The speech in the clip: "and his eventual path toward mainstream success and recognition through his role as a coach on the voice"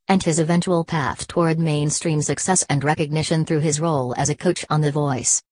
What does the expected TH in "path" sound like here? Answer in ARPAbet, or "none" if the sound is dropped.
TH